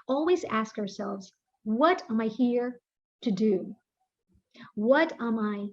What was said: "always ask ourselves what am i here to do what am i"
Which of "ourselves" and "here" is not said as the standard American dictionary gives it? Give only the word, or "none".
none